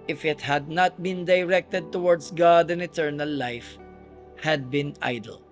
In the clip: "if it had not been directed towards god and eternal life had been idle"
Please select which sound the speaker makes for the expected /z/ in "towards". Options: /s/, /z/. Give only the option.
/s/